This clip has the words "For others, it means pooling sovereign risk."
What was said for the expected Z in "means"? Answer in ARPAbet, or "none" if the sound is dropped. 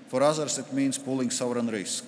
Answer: S